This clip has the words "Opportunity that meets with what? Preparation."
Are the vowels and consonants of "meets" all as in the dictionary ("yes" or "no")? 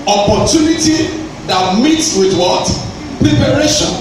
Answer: yes